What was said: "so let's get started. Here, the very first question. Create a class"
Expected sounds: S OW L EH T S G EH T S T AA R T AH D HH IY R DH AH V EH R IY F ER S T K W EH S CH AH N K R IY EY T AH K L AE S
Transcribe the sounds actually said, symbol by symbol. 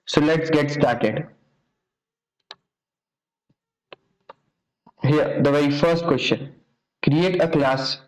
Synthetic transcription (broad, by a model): S OW L EH T S G EH T S T AA R T AH D HH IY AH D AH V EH IY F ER S T K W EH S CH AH N K R IY EY T AH K L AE S